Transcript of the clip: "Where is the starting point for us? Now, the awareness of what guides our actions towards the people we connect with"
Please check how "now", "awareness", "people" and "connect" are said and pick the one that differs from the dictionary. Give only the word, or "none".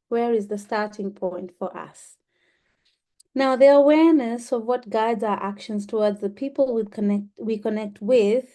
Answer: people